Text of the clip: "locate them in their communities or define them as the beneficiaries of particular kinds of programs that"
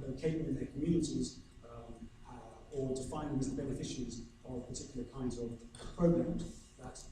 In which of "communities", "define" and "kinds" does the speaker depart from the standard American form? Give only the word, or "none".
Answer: none